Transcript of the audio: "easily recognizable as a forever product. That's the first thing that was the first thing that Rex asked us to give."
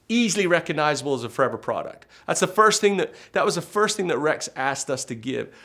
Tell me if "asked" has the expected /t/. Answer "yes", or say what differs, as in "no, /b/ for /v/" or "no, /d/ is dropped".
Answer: yes